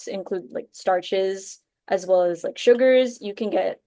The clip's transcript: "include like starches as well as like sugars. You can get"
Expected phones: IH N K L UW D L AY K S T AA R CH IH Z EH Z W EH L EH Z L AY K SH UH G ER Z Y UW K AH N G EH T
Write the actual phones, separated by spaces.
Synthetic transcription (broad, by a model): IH N K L UW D L AY K S T AA R CH IH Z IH Z W EH L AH Z L AY K SH UH G ER Z Y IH K AH N G EH T